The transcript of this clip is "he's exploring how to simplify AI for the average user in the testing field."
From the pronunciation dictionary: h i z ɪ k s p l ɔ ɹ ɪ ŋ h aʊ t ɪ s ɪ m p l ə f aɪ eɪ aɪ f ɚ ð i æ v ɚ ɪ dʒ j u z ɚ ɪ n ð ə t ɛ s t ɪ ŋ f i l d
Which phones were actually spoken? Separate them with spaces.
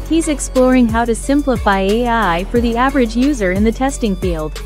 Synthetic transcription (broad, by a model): h i z ɪ k s p l ɔ ɹ ɪ ŋ h aʊ t ɪ s ɪ m p l ə f aɪ eɪ aɪ f ɚ ð i æ v ɚ ɪ dʒ j u z ɚ ɪ n ð ə t ɛ s t ɪ ŋ f i l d